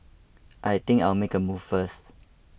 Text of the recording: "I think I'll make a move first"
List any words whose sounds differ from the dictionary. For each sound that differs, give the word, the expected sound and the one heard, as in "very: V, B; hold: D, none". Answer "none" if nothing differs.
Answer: think: TH, T